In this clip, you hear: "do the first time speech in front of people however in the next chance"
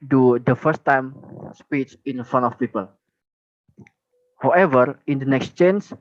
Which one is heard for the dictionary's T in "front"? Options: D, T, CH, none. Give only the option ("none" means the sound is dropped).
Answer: none